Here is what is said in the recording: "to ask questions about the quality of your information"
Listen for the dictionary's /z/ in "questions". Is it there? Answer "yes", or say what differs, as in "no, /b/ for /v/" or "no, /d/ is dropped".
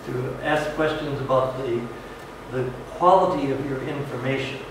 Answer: yes